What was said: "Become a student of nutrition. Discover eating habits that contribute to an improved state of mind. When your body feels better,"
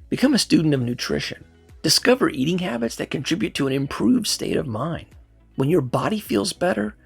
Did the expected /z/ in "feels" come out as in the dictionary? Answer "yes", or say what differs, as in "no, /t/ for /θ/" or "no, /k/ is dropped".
yes